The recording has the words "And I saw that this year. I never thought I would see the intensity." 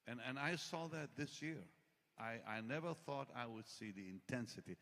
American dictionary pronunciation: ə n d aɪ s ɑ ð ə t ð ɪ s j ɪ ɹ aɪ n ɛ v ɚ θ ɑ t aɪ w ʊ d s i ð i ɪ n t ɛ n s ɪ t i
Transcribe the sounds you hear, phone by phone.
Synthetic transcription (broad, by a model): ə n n aɪ s ɑ ð ə t ð ɪ s j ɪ ɹ aɪ n ɛ v ɚ θ ɑ t aɪ w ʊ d s i ð i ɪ n t ɛ n s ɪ t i